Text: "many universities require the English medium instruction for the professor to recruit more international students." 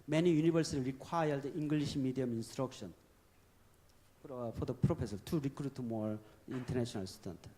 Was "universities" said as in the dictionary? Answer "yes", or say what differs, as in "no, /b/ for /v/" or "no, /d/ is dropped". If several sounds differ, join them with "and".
no, /b/ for /v/ and /z/ is dropped